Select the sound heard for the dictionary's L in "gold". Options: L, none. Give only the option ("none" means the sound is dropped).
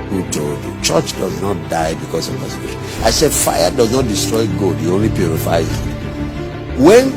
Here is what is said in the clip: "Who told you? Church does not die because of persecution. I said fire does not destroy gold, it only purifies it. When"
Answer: none